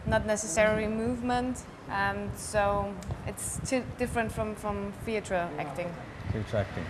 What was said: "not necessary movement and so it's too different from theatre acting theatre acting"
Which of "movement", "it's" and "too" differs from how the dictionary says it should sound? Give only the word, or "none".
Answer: none